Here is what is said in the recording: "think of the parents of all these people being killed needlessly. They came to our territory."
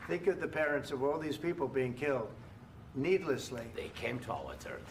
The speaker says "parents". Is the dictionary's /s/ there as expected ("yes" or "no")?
yes